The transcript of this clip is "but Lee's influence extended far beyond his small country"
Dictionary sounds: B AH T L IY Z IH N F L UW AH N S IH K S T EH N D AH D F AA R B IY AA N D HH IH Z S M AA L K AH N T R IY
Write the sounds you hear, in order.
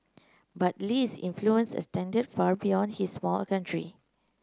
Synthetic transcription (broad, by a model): B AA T L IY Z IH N F L UW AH N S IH S T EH N D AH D F AA R B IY AA N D HH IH S M AA L K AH N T R IY